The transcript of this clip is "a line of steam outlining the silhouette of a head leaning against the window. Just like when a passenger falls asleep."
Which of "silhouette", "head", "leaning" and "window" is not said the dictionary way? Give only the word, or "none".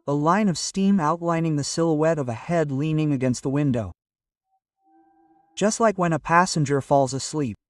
none